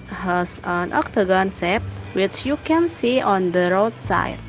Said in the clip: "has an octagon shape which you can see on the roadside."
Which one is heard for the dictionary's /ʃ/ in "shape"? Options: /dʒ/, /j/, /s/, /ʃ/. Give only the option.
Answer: /s/